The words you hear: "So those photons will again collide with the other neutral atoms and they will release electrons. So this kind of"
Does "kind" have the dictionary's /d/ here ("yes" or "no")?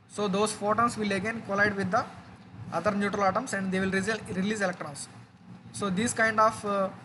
yes